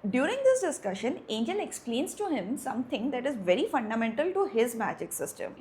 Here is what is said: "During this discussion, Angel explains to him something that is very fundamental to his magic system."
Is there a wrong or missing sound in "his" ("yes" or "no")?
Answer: no